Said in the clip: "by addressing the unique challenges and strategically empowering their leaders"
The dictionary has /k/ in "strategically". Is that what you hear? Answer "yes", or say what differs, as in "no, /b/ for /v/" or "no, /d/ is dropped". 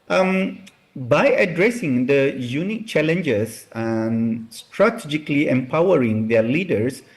yes